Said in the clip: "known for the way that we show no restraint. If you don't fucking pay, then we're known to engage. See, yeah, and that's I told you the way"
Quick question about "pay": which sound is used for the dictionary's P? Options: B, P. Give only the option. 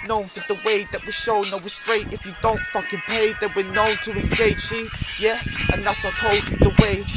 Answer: P